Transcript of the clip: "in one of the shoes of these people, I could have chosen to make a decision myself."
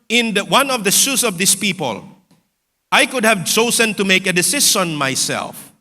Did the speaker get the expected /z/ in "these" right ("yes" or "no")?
no